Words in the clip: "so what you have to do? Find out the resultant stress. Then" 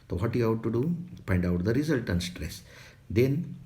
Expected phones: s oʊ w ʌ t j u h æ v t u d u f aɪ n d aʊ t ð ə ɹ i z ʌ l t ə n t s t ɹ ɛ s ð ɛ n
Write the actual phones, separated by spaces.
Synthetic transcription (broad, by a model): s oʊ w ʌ t j u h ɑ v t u d u p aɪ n d aʊ t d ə ɹ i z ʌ l t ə n s t ɹ ɛ s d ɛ n